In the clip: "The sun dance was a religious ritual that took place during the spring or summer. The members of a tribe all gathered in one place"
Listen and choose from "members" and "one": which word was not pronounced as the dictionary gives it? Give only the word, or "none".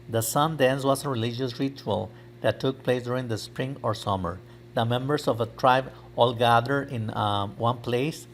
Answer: members